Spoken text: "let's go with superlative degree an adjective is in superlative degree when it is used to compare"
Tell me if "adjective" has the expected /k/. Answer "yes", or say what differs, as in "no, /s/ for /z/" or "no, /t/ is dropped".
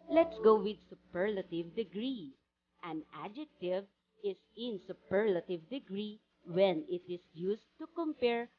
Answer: yes